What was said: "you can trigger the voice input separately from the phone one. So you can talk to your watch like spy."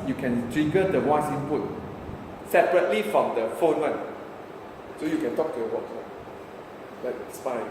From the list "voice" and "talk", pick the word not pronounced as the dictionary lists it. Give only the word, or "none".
voice